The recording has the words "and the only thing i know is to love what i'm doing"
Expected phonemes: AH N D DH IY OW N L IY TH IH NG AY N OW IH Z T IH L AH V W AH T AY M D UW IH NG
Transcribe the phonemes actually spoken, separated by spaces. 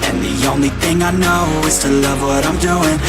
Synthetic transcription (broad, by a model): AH N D DH IY OW N L IY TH IH NG AY N OW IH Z T IH L AH V W AH T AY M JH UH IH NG